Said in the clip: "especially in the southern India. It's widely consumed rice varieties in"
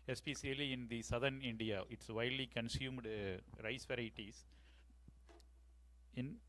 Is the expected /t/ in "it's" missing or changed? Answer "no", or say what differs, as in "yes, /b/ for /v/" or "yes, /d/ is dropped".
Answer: no